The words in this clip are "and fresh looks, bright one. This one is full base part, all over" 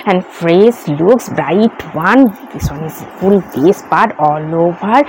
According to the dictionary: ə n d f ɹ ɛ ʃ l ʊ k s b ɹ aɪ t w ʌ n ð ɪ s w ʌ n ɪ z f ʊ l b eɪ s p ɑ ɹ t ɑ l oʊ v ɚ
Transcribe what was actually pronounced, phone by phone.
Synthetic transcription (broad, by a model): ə n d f ɹ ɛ s l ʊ k s b ɹ aɪ t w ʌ n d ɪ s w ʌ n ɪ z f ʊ l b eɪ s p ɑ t ɑ l oʊ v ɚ